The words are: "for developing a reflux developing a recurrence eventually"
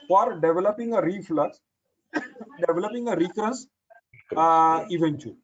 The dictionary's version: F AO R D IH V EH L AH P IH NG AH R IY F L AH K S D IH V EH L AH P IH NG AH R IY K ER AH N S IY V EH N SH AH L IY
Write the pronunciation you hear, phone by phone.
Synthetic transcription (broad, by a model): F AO R D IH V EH L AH P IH NG AH R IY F L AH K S D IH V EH L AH P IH NG AH R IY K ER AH S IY V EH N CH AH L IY